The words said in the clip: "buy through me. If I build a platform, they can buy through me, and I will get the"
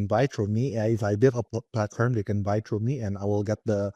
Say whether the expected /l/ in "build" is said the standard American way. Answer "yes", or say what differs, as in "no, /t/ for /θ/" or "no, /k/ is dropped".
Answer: no, /l/ is dropped